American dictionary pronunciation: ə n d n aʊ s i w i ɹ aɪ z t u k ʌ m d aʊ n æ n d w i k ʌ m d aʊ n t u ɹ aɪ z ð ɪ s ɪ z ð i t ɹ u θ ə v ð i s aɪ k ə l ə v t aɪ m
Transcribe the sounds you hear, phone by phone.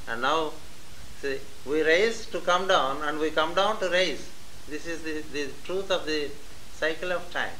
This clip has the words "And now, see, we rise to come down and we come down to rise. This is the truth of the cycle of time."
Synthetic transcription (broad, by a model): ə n d n aʊ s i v i ɹ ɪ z t u k ʌ m d aʊ n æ n d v i k ʌ m d aʊ n t u ɹ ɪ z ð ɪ s ɪ z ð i t ɹ u t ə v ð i s aɪ k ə l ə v t aɪ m